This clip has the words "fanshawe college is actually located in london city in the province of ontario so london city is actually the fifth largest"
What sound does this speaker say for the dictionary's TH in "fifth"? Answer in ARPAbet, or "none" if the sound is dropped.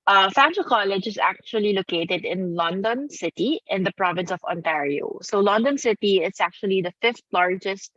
T